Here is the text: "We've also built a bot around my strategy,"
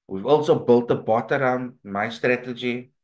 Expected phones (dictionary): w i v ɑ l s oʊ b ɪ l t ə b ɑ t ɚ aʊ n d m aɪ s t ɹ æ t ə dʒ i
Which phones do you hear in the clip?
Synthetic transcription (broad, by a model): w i v ɑ l s oʊ b ɪ l t ə b ɑ t ɚ aʊ n d m aɪ s t ɹ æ t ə dʒ i